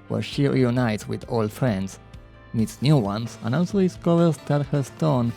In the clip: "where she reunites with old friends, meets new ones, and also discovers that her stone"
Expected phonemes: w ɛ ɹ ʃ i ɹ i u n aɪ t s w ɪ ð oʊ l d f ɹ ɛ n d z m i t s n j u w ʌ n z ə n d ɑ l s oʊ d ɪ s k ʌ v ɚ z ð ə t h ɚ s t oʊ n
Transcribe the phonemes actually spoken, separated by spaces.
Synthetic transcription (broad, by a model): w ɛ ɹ ʃ i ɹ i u n aɪ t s w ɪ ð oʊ l f ɹ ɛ n d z m i t s n j u w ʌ n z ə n ɑ l s oʊ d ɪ s k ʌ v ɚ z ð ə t h ɚ s t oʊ n